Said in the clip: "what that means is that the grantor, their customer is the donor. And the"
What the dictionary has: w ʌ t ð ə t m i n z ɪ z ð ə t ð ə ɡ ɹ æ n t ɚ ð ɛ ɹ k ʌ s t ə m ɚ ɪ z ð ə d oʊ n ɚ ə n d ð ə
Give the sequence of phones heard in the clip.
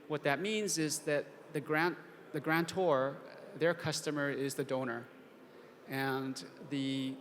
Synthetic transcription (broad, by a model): w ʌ t ð ə t m i n z ɪ z ð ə t ð ə ɡ ɹ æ n t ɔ ð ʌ ɹ k ʌ s t ə m ɚ ɪ z ð ə d oʊ n ɚ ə n ð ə